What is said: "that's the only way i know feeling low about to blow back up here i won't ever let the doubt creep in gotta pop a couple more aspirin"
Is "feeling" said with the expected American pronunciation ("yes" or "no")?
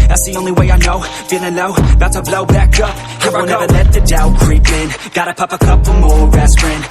no